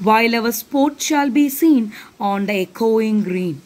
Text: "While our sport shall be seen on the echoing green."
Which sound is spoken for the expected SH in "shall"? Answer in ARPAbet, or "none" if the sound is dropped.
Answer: SH